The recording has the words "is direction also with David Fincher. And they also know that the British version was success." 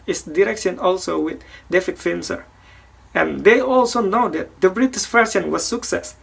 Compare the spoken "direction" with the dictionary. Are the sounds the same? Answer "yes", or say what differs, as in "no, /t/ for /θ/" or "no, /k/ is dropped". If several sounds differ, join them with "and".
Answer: yes